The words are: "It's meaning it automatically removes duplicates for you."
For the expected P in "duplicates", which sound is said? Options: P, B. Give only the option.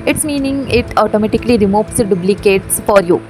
B